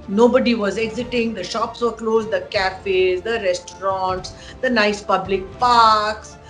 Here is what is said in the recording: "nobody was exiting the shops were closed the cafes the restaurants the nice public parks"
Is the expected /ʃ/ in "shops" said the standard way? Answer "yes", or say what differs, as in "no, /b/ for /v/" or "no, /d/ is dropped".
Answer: yes